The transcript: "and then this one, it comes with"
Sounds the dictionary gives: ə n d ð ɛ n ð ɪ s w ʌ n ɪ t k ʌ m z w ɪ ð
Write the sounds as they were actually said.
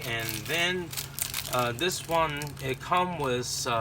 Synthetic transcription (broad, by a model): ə n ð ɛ n ð ɪ s w ʌ n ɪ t k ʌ m w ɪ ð